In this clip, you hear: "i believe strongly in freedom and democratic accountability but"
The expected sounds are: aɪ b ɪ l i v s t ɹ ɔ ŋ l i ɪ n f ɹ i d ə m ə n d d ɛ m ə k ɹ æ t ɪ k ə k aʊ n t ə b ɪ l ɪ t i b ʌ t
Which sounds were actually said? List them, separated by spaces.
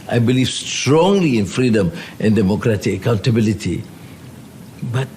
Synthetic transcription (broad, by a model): aɪ b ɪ l i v s t ɹ ɔ ŋ l i ɪ n f ɹ i d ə m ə n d d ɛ m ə k ɹ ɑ t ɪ k ə k aʊ n t ə b ɪ l ɪ t i b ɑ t